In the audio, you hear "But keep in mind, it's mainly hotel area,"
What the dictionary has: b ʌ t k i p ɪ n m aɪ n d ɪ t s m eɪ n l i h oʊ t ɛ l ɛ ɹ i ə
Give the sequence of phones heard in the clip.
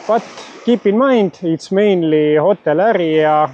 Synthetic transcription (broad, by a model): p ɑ t k i p ɪ n m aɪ n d ɪ t s m eɪ n l i h oʊ t ɛ l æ ɹ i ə